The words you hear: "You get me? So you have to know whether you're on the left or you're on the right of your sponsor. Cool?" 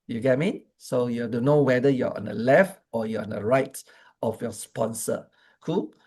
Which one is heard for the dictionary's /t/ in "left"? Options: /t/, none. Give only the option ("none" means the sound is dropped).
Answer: /t/